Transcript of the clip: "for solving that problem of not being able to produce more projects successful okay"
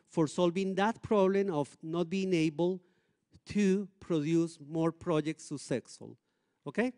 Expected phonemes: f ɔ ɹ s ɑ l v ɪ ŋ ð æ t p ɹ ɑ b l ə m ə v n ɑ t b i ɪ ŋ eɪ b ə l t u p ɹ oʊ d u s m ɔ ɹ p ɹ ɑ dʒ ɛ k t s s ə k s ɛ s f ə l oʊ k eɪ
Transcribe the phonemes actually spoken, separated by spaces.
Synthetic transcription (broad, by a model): f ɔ ɹ s ɑ l v ɪ ŋ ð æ t p ɹ ɑ b l ə m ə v n ɑ t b i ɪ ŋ eɪ b ə l t u p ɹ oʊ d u s m ɔ ɹ p ɹ ɑ dʒ ɛ k t s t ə s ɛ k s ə l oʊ k eɪ